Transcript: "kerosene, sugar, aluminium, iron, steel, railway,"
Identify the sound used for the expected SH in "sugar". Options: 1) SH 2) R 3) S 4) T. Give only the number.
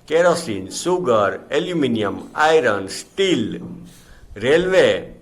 3